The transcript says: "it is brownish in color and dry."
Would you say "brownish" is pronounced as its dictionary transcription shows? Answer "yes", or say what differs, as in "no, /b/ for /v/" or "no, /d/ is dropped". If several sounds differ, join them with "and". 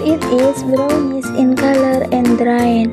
no, /s/ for /ʃ/